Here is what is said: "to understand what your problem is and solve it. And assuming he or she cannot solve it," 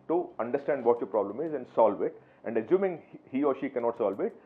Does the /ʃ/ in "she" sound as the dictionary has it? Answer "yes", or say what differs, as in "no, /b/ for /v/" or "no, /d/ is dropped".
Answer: yes